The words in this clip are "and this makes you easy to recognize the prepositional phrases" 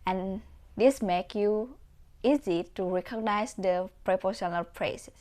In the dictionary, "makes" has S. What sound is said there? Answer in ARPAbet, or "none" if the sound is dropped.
none